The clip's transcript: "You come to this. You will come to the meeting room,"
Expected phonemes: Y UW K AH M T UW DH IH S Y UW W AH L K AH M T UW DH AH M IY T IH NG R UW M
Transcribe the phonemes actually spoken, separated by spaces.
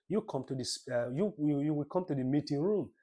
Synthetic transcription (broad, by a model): Y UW K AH M T UW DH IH S Y UW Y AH W K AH M T UW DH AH M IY T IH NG R UW M